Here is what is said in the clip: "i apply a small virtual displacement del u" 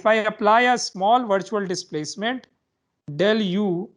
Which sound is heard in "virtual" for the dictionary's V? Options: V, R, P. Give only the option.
V